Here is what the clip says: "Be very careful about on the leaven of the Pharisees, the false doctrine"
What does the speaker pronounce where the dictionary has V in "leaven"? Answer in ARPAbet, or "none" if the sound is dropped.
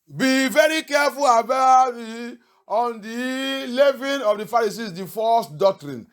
V